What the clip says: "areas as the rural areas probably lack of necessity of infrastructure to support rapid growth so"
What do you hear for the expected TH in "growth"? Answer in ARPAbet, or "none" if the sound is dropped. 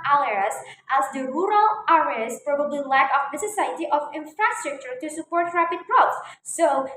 S